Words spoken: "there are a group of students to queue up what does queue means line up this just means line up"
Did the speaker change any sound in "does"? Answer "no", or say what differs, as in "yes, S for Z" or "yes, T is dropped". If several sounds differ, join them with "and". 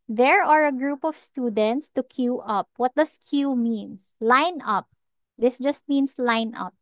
yes, S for Z